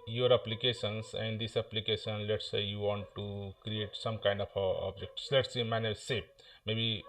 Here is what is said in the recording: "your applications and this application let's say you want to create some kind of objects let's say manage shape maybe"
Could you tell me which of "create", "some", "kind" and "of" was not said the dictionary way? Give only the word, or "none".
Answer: of